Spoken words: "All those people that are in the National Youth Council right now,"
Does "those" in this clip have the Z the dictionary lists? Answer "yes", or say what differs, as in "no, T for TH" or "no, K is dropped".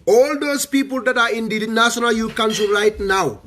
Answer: no, S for Z